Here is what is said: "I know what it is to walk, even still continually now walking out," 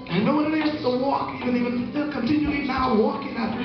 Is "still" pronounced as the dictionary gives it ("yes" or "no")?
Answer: no